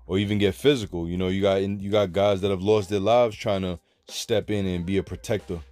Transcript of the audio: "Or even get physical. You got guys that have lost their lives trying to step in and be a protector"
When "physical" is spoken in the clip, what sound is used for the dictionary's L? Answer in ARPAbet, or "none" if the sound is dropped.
N